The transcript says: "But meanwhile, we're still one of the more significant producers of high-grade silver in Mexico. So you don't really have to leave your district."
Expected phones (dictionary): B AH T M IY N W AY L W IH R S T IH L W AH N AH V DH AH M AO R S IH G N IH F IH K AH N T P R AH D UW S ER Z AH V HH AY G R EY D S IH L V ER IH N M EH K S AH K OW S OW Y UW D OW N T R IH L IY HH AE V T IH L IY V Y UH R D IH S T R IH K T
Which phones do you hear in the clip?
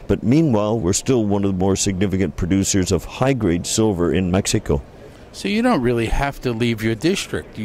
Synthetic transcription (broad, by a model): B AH T M IY N W AY L W IH R S T IH L W AH N AH V DH AH M AO R S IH G N IH F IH K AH N P R AH D UW S ER Z AH V HH AY G R EY D S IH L V ER IH N M EH K S AH K OW S OW Y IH D OW N T R IH L IY HH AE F T IH L IY V Y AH R D IH S T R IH K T